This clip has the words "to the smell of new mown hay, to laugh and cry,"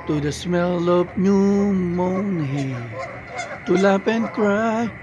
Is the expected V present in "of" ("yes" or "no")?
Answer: no